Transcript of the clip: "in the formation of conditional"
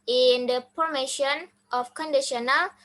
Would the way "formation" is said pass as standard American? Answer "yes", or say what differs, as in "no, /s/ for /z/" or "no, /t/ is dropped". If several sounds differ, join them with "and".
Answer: no, /p/ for /f/